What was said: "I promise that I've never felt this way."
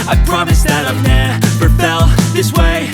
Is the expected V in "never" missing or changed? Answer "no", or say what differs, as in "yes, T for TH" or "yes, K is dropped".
yes, P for V